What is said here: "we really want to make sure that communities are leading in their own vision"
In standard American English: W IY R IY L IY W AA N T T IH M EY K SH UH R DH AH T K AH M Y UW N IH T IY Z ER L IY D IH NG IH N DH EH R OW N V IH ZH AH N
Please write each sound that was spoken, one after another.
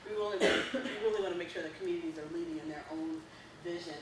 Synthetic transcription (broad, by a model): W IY L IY W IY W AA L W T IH M EY K SH UH R DH AH T K M Y UW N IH T IY Z ER L IY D IH NG IH N DH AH R OW N V IH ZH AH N